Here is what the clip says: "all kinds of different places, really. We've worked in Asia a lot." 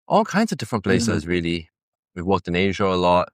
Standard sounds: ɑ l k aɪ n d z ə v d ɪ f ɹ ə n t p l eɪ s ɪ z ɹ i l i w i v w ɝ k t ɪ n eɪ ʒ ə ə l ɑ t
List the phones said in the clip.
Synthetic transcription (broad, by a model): ɑ l k aɪ n d z ə v d ɪ f ɹ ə n p l eɪ s ɪ z ɹ i l i w i v w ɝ k t ɪ n eɪ ʒ ə ə l ɑ t